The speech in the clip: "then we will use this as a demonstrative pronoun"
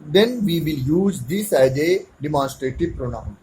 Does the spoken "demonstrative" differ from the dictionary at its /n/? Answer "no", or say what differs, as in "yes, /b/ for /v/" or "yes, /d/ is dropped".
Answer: no